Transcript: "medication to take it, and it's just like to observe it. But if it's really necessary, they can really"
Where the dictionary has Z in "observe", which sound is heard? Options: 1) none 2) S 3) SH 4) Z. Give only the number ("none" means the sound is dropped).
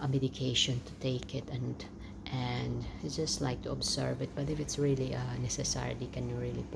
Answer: 2